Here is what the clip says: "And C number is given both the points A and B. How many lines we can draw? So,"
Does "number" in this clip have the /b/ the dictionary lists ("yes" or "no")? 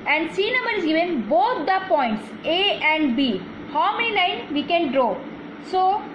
no